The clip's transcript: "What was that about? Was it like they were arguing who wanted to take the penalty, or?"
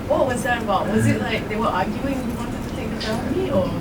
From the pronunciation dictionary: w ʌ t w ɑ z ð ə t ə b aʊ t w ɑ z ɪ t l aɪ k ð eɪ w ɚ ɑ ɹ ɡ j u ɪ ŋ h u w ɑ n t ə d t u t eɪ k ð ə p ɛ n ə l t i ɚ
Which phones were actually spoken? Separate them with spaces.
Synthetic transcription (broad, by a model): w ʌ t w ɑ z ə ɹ ə b aʊ t w ɑ z ɪ t l aɪ k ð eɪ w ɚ ɑ ɡ j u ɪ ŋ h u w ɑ n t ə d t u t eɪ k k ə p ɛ ə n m i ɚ